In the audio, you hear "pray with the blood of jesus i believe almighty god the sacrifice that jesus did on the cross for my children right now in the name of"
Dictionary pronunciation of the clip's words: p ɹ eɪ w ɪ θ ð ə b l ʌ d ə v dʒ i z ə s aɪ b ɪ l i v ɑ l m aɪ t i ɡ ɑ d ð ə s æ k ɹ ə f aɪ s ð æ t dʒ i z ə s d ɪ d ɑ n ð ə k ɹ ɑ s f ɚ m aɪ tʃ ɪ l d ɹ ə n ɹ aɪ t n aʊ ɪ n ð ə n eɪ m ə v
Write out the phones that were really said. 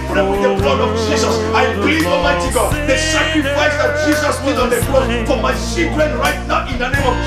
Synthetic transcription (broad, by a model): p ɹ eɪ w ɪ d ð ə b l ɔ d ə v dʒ i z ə s aɪ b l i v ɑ m aɪ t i ɡ ɑ d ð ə s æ k ɹ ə f aɪ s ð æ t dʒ i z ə s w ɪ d ɑ n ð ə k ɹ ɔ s f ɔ m aɪ s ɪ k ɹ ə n ɹ aɪ t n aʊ ɪ n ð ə n eɪ m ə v